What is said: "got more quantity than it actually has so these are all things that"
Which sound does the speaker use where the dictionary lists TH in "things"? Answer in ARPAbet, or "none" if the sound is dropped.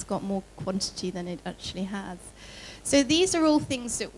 TH